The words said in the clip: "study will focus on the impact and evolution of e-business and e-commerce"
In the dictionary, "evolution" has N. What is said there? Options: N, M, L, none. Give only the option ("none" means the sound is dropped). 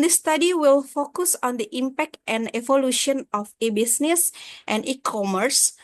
N